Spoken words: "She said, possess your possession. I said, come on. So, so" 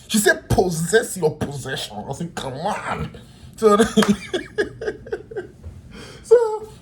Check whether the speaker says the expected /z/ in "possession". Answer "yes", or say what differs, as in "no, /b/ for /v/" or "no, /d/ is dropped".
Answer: yes